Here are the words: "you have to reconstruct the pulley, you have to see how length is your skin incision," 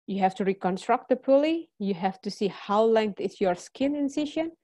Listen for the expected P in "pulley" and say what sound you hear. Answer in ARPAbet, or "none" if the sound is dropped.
P